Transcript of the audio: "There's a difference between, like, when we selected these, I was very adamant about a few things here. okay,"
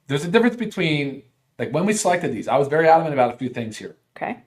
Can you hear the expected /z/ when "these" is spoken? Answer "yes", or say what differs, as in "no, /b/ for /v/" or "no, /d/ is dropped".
yes